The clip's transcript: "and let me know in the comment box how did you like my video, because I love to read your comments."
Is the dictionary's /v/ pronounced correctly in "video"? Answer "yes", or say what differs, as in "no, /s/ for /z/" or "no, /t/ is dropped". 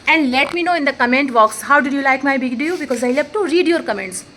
no, /b/ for /v/